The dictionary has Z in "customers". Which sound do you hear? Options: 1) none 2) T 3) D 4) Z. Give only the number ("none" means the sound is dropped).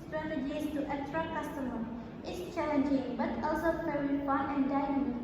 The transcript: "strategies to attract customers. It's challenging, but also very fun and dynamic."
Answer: 1